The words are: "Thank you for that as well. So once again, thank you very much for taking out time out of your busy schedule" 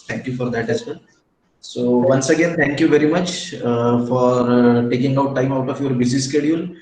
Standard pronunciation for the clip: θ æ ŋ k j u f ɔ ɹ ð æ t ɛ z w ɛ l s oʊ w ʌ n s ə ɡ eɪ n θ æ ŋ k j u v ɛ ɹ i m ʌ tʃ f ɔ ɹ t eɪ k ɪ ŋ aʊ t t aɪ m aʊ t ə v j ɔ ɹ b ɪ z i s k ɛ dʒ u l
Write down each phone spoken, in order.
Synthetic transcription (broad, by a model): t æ ŋ k j u f ɔ ɹ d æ t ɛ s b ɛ n s oʊ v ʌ n s ə ɡ eɪ n t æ ŋ k j u v ɛ ɹ i m ʌ tʃ f ɔ ɹ t eɪ k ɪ ŋ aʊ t t aɪ m aʊ t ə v j ɔ ɹ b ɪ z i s k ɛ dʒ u l